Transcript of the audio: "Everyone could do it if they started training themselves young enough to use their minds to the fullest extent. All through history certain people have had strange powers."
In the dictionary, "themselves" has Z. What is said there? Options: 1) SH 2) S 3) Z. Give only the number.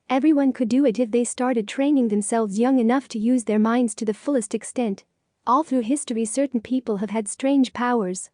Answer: 3